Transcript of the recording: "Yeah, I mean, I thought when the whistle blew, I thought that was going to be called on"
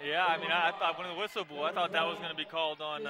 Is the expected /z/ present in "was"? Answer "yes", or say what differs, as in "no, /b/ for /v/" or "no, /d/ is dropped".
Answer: yes